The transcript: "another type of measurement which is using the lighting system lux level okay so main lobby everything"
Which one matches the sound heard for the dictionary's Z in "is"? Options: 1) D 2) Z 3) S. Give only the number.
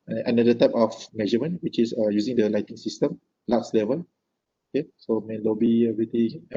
3